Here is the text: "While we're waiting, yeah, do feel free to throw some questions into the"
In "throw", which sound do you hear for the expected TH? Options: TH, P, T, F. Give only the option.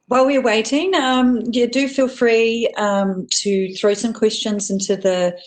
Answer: TH